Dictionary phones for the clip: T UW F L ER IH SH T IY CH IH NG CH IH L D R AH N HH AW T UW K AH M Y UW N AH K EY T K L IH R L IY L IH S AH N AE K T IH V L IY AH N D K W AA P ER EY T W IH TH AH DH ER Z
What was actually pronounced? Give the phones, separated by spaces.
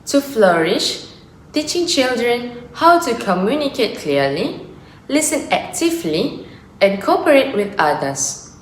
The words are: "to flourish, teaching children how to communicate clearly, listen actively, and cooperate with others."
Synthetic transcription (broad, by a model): T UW F L ER IH SH T IY CH IH NG CH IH L D R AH N HH AW T UW K AH M Y UW N AH K EY T K L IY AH L IY L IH S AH N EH K T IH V L IY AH N K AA P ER EY T W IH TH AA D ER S